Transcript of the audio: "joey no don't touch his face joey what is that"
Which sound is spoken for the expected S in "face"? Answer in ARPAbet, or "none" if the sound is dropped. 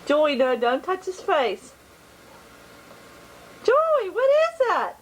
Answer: S